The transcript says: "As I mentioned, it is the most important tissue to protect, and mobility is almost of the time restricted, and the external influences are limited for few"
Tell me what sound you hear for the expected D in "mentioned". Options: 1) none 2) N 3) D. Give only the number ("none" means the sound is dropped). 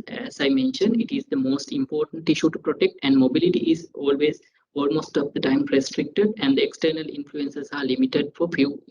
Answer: 3